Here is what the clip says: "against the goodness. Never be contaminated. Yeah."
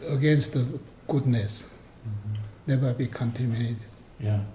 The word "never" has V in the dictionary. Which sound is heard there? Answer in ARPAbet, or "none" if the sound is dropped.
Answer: B